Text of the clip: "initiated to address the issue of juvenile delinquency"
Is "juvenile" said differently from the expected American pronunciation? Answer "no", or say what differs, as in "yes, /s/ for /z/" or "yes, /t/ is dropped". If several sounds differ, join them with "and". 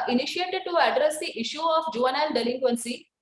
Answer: yes, /n/ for /l/